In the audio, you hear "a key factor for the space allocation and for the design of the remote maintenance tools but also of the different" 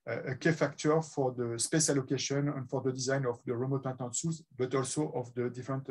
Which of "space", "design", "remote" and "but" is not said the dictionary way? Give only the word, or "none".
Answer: none